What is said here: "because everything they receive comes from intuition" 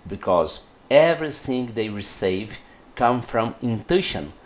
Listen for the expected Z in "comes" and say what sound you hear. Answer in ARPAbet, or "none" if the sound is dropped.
none